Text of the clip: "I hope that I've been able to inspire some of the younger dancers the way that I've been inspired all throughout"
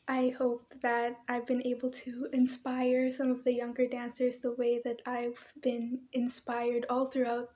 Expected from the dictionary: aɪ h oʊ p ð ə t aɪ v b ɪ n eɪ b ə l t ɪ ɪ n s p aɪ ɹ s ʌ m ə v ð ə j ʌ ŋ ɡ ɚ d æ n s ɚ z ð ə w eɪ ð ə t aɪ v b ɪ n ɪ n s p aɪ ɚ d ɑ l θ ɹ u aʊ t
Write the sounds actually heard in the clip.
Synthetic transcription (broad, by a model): aɪ h oʊ p ð ə t aɪ v b ɪ n eɪ b l t ɪ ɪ n s p aɪ ɹ s ʌ m ə v ð ə j ʌ ŋ ɡ ɚ d æ n s ɚ z ð ə w eɪ ð ə t aɪ v b ɪ n ɪ n s p aɪ ɚ d ɑ l θ ɹ u aʊ t